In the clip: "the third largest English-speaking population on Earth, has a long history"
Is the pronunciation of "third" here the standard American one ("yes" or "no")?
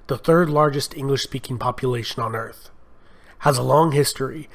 yes